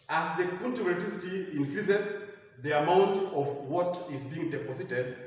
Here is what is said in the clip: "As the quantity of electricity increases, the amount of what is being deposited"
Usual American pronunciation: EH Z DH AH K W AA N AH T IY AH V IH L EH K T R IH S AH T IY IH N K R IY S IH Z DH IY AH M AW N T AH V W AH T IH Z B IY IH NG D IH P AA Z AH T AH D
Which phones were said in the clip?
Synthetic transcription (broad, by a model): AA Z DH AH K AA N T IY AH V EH T IH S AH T IY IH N K R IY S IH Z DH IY AH M AW N T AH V W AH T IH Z B IY IH NG D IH P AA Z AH T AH D